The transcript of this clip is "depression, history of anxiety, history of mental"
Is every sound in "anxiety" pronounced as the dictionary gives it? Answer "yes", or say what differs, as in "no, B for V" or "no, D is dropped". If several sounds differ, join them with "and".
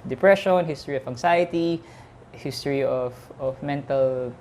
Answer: no, S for Z